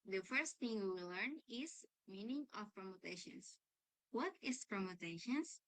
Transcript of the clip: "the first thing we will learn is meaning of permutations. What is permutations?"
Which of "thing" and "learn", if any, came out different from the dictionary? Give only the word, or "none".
none